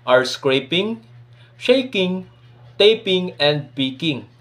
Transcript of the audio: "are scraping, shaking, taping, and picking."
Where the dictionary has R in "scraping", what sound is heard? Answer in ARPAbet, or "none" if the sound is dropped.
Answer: R